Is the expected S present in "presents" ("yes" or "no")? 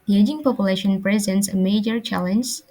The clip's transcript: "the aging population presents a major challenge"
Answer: yes